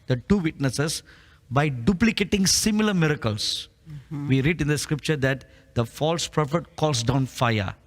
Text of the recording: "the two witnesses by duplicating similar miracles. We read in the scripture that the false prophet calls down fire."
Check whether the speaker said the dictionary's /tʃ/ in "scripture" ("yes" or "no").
yes